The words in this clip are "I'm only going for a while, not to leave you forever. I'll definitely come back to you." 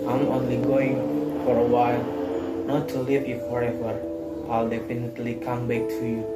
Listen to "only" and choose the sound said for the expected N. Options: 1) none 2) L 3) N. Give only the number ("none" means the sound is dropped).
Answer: 3